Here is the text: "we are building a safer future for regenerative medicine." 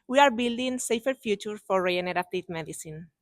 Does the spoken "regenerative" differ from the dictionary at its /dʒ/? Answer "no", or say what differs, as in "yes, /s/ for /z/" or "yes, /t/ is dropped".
yes, /dʒ/ is dropped